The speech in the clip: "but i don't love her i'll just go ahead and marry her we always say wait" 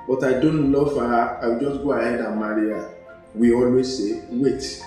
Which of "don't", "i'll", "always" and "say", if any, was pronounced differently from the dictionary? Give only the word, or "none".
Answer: i'll